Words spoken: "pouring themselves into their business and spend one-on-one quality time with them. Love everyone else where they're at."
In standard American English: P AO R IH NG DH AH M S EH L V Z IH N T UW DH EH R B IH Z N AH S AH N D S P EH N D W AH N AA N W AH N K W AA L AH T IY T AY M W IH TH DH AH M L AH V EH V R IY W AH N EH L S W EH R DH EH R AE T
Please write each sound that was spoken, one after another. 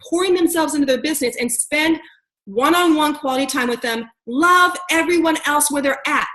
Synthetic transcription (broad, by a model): P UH R IH NG DH AH M S EH L V Z IH N T UW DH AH R B IH Z N AH S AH N S P EH N D W AH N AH N W AH N K W AA L AH T IY T AY M W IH DH AH M L AH V EH V R IY W AH N EH L S W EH R DH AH R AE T